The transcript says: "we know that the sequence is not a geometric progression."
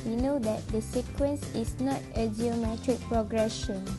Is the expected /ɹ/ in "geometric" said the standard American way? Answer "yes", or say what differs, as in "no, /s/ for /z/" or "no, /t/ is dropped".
yes